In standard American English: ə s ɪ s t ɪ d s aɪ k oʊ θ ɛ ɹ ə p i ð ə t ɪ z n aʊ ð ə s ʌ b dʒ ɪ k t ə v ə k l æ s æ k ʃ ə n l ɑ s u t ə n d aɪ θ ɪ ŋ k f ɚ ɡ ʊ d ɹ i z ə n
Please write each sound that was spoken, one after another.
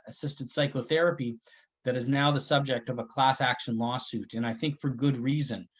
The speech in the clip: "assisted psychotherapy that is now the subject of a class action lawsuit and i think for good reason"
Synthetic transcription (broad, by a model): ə s ɪ s t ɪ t s aɪ k oʊ θ ɛ ɹ ə p i ð ə t ɪ z n aʊ ð ə s ʌ b dʒ ɪ k t ə v ə k l æ s æ k ʃ ə n l ɑ s u t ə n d aɪ θ ɪ ŋ k f ɚ ɡ ʊ d ɹ i z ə n